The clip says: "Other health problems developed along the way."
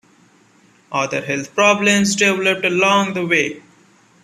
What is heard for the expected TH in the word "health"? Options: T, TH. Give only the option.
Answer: T